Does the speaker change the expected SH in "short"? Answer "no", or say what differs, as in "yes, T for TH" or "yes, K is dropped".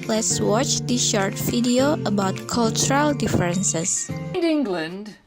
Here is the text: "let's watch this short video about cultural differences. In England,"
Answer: no